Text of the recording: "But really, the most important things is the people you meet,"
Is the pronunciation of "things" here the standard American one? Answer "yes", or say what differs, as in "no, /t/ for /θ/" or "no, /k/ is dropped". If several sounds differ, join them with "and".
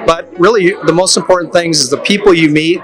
yes